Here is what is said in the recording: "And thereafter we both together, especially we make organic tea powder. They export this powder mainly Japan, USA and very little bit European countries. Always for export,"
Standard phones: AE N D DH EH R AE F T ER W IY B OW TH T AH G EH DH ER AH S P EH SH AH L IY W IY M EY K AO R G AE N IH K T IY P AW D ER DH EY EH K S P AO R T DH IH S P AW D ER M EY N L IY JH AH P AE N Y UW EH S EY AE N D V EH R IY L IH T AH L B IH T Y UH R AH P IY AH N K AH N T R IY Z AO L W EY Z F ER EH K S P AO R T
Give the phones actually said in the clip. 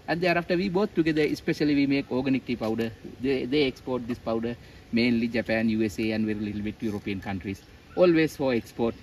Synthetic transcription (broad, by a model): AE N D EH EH R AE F T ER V IY B OW T T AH G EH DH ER AH S P EH SH AH L IY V IY M EY K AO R G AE N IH K T IY P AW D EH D EY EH K S P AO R T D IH S P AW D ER M EY N L IY JH AH P AE N Y UW EH S EY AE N D V EH R IY L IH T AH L B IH T Y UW R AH P IY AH N K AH N T R IY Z AO L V EY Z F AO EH K S P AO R T